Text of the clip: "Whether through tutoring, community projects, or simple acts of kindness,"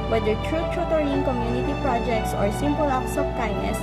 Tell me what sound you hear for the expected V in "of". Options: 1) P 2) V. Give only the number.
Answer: 1